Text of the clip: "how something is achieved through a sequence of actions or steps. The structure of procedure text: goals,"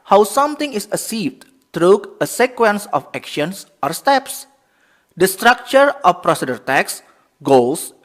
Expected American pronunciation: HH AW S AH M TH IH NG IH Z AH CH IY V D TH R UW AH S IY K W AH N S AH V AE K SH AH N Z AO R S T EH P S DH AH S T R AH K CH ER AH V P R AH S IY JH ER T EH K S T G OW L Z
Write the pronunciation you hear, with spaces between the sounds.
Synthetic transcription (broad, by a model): HH AW S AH M T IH NG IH S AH S IY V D T R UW AH S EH K W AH N S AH F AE K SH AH N S AO R S T EH P S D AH S T R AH K CH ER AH F P R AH S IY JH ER T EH K S G OW L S